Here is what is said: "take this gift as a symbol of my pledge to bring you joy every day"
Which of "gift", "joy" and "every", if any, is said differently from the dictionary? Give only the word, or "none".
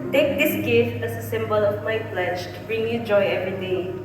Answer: gift